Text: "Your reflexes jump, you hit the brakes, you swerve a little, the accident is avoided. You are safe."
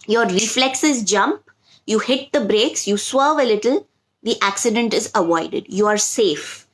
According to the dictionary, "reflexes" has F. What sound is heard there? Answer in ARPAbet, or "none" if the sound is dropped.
F